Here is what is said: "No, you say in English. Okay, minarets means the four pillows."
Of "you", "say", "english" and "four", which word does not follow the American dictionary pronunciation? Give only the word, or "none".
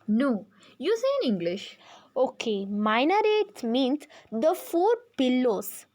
none